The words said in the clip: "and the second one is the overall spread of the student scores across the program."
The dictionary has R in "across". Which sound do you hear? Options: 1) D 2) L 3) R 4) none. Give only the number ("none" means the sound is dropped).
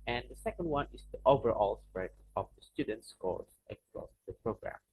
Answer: 2